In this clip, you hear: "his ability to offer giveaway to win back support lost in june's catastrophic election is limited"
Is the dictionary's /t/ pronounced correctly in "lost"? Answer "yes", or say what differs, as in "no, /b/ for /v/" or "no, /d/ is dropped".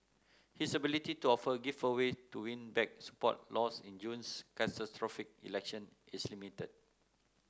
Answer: no, /t/ is dropped